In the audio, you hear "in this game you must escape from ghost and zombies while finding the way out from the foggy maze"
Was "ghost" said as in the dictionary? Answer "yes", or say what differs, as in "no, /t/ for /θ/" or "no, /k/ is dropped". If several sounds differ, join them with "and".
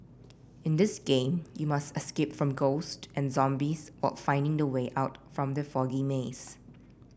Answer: yes